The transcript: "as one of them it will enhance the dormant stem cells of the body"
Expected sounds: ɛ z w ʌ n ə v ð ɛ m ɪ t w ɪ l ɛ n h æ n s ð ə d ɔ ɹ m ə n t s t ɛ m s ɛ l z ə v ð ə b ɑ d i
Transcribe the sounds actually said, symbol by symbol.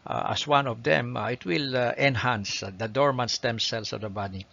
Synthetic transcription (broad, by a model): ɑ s w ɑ n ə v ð ɛ m ɪ t w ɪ l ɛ n h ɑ n s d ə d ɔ ɹ m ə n s t ɛ m s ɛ l s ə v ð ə b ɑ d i